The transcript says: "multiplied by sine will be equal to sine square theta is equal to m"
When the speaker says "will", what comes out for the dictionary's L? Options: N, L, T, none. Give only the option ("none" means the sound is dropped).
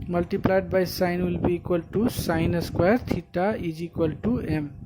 L